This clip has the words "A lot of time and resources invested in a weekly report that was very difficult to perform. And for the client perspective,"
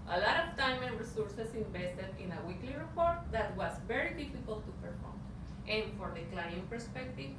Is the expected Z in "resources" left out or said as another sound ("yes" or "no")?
yes